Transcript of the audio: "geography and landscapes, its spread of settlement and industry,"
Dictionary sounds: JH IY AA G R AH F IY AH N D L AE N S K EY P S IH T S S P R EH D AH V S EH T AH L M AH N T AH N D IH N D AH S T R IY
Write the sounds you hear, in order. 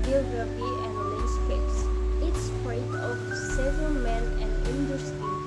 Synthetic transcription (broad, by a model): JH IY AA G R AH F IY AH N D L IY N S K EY S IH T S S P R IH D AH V S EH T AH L M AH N AH N D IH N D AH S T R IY